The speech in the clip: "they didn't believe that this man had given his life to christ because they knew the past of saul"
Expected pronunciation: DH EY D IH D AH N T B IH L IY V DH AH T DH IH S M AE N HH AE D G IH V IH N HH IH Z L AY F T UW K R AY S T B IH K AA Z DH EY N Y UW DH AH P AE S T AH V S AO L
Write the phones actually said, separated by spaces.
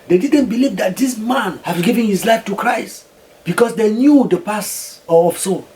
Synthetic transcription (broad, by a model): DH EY D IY D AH N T B IH L IY V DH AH T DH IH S M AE N HH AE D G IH V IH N HH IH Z L AY F T UW K R AY S T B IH K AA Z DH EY N Y UW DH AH P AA S AH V S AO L